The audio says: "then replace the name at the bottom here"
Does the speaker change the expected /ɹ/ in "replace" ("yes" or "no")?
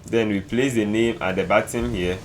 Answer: yes